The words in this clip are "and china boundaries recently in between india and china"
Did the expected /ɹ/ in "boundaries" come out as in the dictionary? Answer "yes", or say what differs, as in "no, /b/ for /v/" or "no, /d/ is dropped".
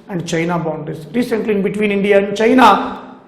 no, /ɹ/ is dropped